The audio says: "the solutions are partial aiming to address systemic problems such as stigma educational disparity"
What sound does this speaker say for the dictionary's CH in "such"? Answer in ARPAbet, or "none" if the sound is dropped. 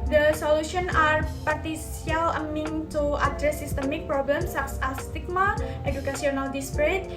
S